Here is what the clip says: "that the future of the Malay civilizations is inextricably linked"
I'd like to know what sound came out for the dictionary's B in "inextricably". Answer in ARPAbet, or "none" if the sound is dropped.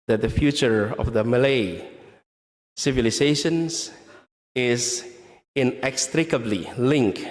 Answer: B